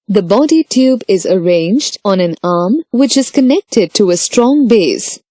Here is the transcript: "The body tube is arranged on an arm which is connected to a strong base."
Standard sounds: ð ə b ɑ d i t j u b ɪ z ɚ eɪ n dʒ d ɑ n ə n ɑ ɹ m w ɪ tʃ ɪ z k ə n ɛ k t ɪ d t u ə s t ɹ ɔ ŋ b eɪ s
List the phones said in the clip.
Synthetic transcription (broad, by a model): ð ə b ɑ d i t j u b ɪ z ɚ eɪ n dʒ d ɑ n ə n ɑ ɹ m w ɪ tʃ ɪ z k ə n ɛ k t ɪ d t u ə s t ɹ ɔ ŋ b eɪ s